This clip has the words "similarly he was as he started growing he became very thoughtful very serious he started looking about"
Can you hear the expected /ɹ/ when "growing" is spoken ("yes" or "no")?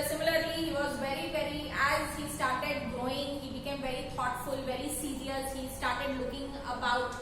no